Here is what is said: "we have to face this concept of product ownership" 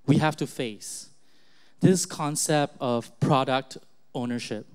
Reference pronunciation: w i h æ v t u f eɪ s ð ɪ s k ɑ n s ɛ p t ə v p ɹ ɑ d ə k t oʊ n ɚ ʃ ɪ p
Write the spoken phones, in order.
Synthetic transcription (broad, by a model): w i h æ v t u f eɪ s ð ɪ s k ɑ n s ɛ p t ə v p ɹ ɑ d ə k t oʊ n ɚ ʃ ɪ p